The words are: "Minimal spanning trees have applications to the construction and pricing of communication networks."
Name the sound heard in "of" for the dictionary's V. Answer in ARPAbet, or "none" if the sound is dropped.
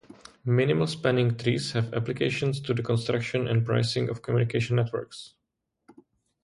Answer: F